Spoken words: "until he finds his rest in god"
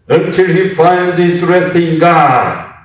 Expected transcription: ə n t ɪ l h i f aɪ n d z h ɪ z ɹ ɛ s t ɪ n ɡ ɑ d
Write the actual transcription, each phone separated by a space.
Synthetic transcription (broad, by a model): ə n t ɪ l h i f aɪ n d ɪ s ɹ ɛ s t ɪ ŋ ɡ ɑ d